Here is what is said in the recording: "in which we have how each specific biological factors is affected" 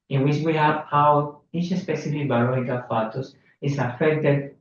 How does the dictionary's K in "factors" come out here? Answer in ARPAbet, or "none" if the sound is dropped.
none